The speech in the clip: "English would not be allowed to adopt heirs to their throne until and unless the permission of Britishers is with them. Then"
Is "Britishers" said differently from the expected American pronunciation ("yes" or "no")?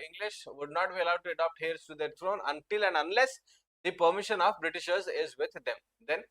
no